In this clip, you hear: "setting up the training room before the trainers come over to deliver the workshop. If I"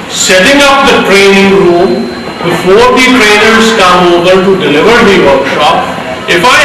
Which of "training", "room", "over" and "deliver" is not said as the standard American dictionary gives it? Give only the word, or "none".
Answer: over